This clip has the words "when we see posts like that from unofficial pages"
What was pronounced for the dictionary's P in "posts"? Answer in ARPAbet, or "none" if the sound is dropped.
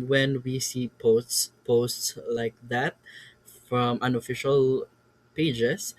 P